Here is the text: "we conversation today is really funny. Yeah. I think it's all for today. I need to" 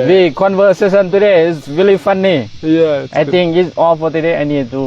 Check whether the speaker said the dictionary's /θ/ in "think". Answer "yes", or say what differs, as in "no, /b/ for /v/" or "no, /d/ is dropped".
no, /t/ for /θ/